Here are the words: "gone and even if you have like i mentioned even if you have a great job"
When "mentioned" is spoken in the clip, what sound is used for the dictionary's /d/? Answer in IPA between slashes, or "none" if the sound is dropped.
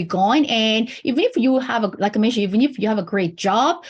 none